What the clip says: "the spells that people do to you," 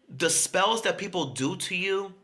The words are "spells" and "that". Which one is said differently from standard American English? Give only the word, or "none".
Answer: none